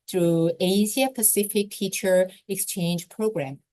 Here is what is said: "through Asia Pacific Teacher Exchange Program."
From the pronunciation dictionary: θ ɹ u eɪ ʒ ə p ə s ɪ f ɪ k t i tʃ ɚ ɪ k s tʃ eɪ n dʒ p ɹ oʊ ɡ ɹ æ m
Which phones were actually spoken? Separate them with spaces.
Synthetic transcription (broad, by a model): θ ɹ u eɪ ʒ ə p ə s ɪ f ɪ k t i tʃ ɚ ɪ k s tʃ eɪ n dʒ p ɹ oʊ ɡ ɹ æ m